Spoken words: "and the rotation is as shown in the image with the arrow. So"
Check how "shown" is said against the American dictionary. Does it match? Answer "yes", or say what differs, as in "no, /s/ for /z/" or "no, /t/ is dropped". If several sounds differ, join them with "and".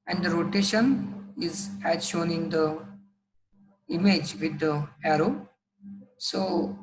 yes